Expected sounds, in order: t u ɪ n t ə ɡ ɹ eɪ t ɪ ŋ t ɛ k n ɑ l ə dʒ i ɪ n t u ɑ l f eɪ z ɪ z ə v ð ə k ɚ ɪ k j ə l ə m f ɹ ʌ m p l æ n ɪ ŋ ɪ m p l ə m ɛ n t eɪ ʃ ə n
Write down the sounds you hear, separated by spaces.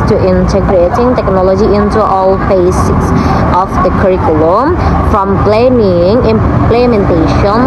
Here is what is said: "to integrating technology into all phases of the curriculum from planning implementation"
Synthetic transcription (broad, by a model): t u ɪ n t ə ɡ ɹ eɪ t ɪ ŋ t ɛ k n ɑ l ə dʒ i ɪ n t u ɑ l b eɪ s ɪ s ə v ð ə k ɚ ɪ k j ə l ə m f ɹ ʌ m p l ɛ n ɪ ŋ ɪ m p l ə m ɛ n t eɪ ʃ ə n